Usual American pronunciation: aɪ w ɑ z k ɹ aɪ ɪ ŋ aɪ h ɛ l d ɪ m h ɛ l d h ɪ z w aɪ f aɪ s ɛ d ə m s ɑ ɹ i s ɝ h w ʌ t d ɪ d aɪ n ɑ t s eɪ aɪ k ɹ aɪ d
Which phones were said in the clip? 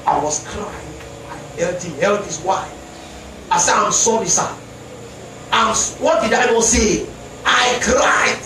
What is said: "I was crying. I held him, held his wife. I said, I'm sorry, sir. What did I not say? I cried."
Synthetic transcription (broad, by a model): aɪ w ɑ s k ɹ aɪ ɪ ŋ aɪ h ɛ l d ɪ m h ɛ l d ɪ s w aɪ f aɪ s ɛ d ə m s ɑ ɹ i s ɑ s w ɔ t d ɪ d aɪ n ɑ s eɪ aɪ k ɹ aɪ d